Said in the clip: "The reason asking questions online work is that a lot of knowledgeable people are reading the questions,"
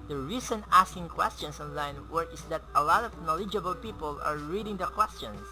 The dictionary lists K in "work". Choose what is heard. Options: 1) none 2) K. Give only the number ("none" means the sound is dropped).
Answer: 1